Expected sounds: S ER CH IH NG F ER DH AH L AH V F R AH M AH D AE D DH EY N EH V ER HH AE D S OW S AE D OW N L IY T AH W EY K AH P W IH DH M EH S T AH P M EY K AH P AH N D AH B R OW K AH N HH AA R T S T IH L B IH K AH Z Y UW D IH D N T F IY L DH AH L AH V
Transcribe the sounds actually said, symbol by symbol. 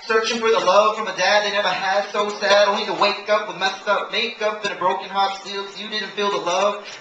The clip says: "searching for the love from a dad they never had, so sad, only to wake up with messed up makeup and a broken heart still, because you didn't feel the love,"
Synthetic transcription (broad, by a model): S ER CH IH NG F ER DH AH L AH V F R AH M AH D AE D DH EY N EH V ER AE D S OW S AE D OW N IY T AH W EY K AH P W IH DH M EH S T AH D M EY K AH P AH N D AH B R OW K AH N HH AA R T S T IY L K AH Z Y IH D IH D N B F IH L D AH L AH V